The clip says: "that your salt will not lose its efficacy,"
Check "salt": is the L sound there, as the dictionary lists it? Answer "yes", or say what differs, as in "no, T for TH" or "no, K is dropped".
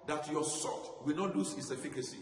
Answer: no, L is dropped